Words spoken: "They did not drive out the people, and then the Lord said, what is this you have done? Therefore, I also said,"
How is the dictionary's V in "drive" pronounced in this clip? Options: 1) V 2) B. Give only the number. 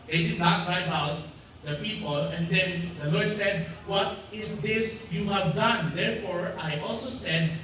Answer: 2